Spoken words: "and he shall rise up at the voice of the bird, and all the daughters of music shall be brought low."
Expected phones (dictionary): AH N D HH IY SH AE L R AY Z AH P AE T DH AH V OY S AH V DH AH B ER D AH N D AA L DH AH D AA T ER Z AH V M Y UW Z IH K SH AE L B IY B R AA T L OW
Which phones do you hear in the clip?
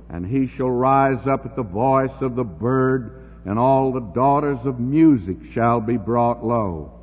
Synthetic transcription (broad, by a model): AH N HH IY SH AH L R AY Z AH P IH T DH AH V OY S AH V DH AH B ER D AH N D AA L DH AH D AA T ER Z AH V M Y UW Z IH K SH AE L B IY B R AA T L OW